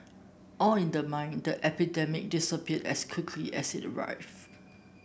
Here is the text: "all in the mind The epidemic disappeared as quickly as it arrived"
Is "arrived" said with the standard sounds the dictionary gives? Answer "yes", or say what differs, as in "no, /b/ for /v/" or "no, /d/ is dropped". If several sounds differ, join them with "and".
no, /d/ is dropped